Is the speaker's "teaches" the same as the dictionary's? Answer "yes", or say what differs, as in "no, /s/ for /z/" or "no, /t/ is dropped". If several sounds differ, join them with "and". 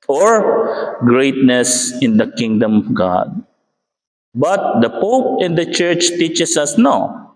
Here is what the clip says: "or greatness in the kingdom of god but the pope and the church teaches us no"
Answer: no, /s/ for /z/